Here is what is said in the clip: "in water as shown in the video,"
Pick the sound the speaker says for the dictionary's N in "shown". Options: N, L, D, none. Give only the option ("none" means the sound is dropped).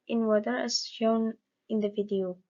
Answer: N